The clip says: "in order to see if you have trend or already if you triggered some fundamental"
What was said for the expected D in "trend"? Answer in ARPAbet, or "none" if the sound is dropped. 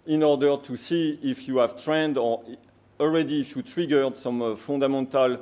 D